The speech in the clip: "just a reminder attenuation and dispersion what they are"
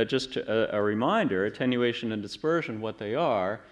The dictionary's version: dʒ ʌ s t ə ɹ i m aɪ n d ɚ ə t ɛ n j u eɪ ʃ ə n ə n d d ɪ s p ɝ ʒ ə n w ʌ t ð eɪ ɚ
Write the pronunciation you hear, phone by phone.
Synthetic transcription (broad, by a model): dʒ ʌ s t ə ɹ i m aɪ n d ɚ ə t ɛ n j u eɪ ʃ ə n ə n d d ɪ s p ɝ ʒ ə n w ʌ t ð eɪ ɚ